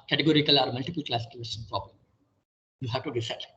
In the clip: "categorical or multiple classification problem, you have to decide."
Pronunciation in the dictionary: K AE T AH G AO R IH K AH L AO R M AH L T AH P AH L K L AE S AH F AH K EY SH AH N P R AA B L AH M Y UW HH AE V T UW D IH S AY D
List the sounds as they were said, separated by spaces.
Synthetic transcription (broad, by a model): K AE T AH G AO R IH K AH L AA R M AH L T AH P AH L K L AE S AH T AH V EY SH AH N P R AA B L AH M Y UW HH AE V T UW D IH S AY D